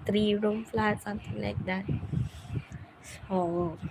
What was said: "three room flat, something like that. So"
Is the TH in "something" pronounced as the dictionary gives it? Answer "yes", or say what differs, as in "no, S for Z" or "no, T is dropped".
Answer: no, T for TH